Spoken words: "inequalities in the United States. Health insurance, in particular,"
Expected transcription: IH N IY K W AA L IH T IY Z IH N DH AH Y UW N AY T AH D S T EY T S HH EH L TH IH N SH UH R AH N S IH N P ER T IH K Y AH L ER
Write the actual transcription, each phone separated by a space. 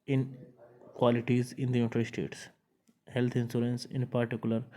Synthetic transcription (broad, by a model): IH N K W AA L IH T IY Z IH N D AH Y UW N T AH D S T EY T S HH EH L T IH N S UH R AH N S IH N P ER T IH K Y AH L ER